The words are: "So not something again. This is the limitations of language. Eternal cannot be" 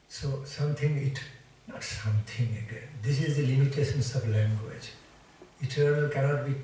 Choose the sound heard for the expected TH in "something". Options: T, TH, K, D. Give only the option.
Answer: T